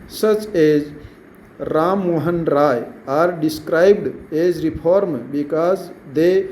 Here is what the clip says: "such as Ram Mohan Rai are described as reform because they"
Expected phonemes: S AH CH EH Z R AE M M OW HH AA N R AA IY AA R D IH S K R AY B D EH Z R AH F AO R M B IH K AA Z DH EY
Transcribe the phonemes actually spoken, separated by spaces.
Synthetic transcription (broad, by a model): S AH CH EH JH R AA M M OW HH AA N R AA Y AA R D IH S K R AY B D EH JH R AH P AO R M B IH K AA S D EY